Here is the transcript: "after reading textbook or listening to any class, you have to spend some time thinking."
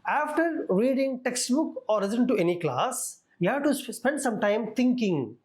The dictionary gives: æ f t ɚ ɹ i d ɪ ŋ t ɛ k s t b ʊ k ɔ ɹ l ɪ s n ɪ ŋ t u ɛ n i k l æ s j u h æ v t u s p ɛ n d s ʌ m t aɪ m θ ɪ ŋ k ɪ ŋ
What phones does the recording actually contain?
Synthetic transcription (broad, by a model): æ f t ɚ ɹ i d ɪ ŋ t ɛ k s t b ʊ k ɔ ɹ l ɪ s ɪ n t u ɛ n i k l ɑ s j u h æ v t u s p ɛ n d s ʌ m t aɪ m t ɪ ŋ k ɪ ŋ